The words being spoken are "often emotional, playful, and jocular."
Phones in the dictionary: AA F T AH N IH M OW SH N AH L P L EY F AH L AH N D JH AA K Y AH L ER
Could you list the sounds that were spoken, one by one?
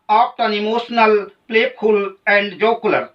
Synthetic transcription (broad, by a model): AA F T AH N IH M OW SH N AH L P L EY P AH L AH N D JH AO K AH L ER